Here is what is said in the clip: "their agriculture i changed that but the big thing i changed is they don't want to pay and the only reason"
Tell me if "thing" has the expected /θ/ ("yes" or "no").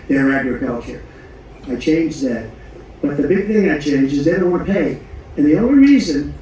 yes